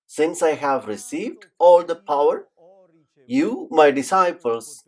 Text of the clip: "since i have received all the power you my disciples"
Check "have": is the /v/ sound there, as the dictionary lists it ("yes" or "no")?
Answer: yes